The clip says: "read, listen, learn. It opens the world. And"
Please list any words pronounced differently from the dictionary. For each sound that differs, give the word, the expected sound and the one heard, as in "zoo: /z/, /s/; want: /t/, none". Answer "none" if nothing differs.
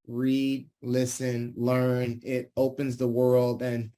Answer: none